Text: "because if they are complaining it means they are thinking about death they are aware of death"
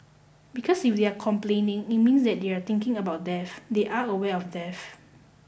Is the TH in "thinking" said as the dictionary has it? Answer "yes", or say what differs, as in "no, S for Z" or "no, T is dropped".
no, T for TH